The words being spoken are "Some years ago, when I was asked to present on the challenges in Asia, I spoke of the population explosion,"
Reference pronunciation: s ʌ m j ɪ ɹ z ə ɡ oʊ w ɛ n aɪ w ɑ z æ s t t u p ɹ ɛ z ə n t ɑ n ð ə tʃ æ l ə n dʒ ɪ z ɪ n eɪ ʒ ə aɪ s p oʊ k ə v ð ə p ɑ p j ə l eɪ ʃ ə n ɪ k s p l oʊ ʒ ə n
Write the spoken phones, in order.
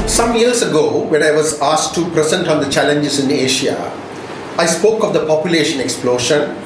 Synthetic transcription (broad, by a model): s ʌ m j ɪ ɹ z ə ɡ oʊ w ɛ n aɪ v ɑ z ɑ s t t u p ɹ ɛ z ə n t ɑ n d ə tʃ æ l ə n dʒ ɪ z ɪ n eɪ ʃ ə aɪ s p oʊ k ə v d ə p ɑ p j ə l eɪ ʃ ə n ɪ k s p l oʊ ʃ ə n